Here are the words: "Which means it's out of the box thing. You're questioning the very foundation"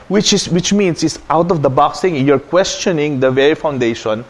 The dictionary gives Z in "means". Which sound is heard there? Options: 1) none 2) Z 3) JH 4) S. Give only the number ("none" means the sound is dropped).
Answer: 4